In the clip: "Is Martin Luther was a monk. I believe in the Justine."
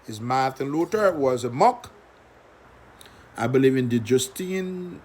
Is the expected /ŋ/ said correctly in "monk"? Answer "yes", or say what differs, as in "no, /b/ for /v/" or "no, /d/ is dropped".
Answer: no, /ŋ/ is dropped